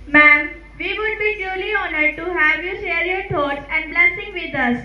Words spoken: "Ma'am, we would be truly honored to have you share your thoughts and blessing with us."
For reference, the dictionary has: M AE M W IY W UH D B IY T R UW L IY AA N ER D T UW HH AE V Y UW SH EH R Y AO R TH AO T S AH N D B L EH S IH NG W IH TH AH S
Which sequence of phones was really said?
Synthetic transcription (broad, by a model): M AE M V IY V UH D B IY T UW L IY AA N ER D T UW HH AE V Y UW SH EH R Y AO R T AO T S AH N D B L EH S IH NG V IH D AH S